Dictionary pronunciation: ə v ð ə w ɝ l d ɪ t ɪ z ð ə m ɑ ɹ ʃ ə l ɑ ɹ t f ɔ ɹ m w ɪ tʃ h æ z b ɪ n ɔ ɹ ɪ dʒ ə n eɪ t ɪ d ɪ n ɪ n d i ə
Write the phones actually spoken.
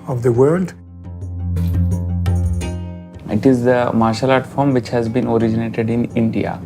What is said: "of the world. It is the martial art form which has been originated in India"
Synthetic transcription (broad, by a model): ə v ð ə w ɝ l d ɪ t ɪ z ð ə m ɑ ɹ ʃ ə l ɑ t f ɔ ɹ m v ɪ tʃ h æ z b ɪ n ɔ ɹ ɪ dʒ ə n eɪ t ɪ d ɪ n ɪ n d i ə